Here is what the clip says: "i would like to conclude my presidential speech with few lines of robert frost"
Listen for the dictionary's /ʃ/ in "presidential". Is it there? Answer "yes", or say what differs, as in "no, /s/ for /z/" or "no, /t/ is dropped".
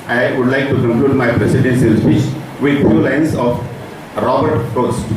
no, /s/ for /ʃ/